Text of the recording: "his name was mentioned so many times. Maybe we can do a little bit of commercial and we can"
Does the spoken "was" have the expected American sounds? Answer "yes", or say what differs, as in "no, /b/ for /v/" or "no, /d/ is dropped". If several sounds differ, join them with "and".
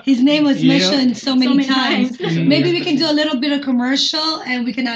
yes